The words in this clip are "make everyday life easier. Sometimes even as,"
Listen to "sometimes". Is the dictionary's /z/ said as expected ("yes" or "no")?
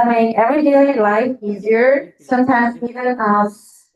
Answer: yes